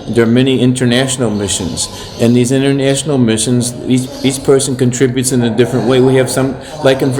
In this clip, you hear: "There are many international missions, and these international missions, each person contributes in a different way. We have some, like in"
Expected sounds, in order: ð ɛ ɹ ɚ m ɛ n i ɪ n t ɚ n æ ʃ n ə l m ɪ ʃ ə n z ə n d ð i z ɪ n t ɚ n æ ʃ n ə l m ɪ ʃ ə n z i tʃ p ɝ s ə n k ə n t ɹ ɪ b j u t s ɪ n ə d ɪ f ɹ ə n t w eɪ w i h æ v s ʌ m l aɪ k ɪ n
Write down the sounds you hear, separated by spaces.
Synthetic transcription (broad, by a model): ð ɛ ɹ m ɛ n i ɪ n t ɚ n æ ʃ n l m ɪ ʃ ə n z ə n ð i z ɪ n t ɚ n æ ʃ n l m ɪ ʃ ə n z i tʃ p ɝ s ə n k ə n t ɹ ɪ b j u t s ɪ n ə d ɪ f ɹ ə n t w eɪ w i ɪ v s ʌ m l aɪ k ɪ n